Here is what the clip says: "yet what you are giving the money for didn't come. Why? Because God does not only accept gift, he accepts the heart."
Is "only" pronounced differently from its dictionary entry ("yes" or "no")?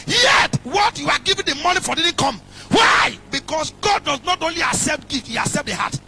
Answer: no